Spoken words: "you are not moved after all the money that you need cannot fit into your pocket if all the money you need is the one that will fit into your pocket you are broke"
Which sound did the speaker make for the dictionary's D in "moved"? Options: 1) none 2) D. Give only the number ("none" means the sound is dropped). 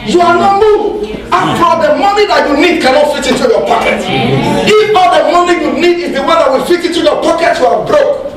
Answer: 1